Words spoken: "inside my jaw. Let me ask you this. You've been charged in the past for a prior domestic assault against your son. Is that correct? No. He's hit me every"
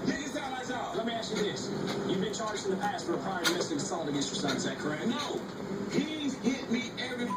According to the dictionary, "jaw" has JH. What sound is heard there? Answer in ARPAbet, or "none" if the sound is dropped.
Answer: Z